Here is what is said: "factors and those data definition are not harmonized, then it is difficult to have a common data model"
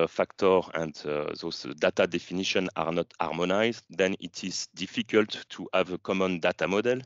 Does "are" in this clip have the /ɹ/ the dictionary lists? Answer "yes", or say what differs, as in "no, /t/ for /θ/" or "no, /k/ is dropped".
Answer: yes